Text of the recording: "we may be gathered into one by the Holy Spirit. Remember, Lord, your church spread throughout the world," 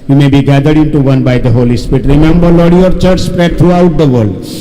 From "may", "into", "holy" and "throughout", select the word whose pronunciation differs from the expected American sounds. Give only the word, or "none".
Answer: throughout